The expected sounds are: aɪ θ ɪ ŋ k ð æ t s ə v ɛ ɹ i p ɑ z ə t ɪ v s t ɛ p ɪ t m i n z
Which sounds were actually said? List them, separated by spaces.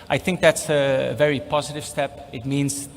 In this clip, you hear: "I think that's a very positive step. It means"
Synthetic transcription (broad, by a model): aɪ θ ɪ ŋ k ð æ t s ə v ɛ ɹ i p ɑ z ə t ɪ v s t ɛ p ɪ t m i n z